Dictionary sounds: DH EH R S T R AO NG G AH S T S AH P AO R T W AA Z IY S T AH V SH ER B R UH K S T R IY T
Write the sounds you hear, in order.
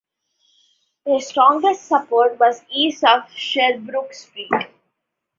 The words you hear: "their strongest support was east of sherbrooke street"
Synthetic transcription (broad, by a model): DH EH S T R AO NG G AH S T S AH P AO R T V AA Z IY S AH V SH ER B R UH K S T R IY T